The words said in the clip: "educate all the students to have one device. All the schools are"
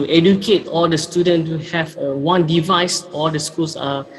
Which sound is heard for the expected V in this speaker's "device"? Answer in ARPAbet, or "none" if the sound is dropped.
V